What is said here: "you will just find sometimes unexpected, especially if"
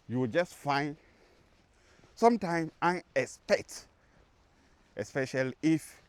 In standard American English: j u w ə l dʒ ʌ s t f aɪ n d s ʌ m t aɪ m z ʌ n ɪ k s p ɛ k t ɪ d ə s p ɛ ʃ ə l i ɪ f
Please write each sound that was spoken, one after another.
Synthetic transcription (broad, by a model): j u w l dʒ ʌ s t f aɪ n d s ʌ m t aɪ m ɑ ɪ ɪ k s p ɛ k t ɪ s p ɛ ʃ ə l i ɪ f